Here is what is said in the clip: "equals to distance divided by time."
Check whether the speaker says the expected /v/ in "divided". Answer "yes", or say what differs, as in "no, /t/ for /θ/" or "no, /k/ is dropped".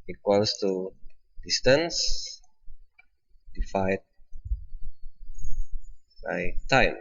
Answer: no, /f/ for /v/